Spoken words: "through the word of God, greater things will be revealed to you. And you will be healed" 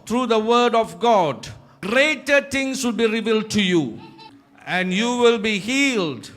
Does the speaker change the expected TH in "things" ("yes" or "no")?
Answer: yes